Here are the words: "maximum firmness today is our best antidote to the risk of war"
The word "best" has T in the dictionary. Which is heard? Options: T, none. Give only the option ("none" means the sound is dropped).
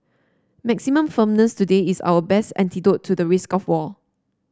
T